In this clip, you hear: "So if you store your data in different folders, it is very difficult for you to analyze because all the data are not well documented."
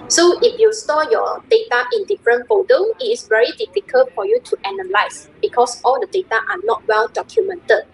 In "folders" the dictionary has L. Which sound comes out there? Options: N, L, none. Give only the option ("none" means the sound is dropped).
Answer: none